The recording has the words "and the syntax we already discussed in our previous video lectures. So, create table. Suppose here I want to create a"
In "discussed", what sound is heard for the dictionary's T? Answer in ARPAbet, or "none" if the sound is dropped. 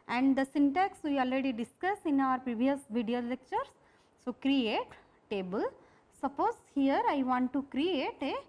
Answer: none